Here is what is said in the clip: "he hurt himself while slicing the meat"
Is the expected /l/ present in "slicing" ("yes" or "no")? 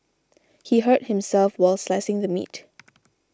yes